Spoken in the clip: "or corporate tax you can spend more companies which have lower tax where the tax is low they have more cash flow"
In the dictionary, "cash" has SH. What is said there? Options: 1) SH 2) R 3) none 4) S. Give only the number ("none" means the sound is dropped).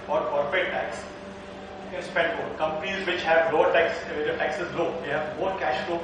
1